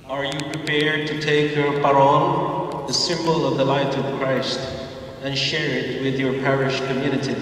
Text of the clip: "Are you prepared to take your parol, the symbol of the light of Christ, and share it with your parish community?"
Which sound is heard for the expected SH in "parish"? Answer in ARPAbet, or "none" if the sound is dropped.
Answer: SH